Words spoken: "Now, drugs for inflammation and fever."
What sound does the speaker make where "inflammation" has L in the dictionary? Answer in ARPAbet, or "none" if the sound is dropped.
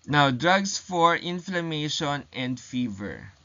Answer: L